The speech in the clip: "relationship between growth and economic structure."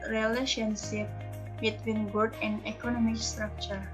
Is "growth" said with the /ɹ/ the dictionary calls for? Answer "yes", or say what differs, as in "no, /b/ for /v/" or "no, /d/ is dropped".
no, /ɹ/ is dropped